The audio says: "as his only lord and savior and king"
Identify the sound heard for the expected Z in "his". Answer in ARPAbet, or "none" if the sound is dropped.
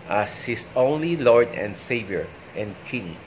S